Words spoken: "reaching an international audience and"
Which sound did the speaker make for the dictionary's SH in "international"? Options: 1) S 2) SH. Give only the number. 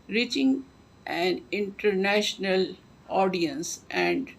2